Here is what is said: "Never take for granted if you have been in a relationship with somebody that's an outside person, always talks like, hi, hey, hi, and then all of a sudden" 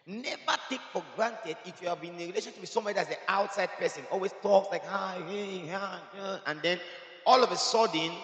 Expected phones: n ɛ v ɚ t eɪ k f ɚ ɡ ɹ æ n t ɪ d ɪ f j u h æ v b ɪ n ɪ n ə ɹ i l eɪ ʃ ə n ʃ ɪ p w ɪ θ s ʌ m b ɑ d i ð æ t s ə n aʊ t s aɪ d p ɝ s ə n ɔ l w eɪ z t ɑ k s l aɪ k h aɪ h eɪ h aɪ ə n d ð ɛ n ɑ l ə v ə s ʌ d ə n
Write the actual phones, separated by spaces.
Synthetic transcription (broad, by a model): n ɛ v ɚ t eɪ k f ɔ ɡ ɹ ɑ n t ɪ d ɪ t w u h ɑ v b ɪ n n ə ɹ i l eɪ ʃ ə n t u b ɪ s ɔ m ɑ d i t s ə aʊ t s aɪ d p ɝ s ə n ɔ l w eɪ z t ɑ k s l aɪ k h aɪ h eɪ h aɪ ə n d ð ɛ n ɑ l ə v ə s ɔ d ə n